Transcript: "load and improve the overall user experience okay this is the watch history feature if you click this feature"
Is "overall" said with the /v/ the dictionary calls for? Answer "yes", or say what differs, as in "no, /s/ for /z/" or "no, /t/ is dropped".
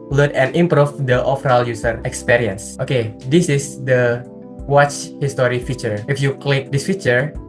no, /f/ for /v/